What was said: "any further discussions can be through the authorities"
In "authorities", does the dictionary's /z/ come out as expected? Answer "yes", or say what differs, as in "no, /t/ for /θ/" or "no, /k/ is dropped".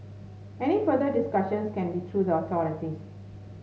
no, /z/ is dropped